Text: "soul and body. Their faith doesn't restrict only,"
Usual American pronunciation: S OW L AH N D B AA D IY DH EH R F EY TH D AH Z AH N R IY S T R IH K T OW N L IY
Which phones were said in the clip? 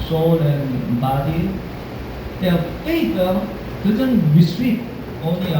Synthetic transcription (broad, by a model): S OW L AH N B AA D IY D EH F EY T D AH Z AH N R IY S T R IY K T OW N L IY